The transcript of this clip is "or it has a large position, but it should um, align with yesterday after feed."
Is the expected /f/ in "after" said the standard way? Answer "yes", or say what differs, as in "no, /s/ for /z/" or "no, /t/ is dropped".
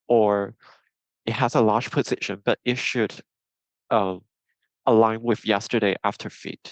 yes